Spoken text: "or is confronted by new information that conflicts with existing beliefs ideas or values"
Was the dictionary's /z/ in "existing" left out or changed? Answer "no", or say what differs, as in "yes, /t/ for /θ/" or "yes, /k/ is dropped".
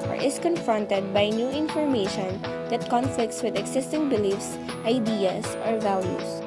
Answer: yes, /s/ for /z/